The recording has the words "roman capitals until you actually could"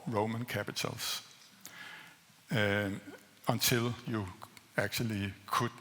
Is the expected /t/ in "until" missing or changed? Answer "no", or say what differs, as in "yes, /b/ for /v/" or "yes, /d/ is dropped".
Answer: yes, /s/ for /t/